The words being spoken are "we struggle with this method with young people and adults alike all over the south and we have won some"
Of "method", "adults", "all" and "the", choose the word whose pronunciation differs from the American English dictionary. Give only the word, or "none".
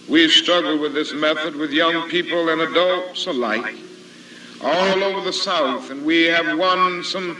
none